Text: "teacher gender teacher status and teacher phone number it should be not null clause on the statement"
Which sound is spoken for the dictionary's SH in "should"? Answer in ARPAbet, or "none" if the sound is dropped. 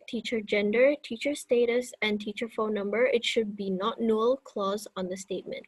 SH